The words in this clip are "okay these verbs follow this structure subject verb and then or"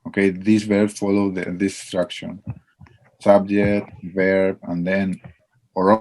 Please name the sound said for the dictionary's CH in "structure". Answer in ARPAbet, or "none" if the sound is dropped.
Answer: SH